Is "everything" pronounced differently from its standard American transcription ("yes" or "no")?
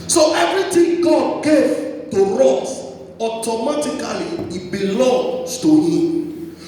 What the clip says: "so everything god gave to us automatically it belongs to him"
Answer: yes